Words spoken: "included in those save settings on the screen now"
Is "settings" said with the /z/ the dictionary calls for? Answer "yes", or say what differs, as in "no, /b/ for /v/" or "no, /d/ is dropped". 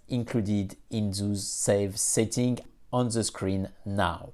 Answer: no, /z/ is dropped